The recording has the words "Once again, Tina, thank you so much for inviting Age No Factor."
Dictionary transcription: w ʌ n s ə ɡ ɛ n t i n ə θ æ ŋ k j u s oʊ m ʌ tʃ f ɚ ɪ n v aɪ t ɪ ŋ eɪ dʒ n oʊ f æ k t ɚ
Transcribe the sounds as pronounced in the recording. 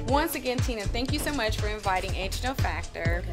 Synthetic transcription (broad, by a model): w ʌ n s ə ɡ ɛ n t i n ə θ æ ŋ k j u s oʊ m ʌ tʃ f ɚ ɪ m v aɪ t ɪ ŋ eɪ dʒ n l f æ k t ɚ